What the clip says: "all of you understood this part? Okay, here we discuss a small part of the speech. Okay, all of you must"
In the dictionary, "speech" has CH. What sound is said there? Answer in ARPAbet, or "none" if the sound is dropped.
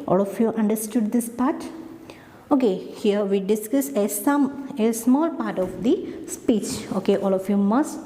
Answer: CH